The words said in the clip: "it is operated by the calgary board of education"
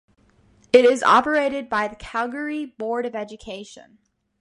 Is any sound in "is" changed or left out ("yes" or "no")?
no